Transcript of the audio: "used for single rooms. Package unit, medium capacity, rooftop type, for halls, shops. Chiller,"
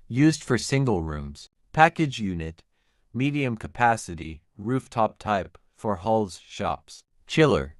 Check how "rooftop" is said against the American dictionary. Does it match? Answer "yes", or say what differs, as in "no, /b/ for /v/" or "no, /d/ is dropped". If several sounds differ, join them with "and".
yes